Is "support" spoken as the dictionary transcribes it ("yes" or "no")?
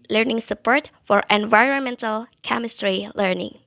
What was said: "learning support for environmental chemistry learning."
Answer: yes